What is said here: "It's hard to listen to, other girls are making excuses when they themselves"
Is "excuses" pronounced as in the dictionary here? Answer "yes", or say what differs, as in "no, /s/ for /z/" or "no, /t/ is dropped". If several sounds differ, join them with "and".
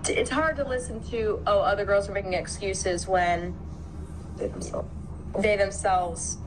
yes